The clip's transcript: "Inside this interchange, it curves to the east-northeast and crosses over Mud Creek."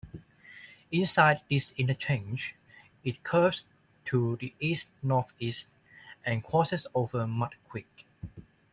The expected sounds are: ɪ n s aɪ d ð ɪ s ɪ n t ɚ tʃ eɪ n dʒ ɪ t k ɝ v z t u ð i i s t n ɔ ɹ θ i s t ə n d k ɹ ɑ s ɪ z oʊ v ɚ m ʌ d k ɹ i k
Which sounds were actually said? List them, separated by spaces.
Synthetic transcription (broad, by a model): ɪ n s aɪ d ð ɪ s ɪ n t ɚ tʃ eɪ n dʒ ɪ t k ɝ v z t u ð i i s t n ɔ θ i s t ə n k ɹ ɑ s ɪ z oʊ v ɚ m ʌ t k w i k